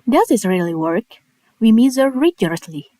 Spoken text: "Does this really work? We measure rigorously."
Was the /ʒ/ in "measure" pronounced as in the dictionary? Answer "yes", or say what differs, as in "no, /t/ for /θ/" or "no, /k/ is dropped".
no, /z/ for /ʒ/